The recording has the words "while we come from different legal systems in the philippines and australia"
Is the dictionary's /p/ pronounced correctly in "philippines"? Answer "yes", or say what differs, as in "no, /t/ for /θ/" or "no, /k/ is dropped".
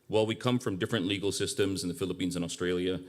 yes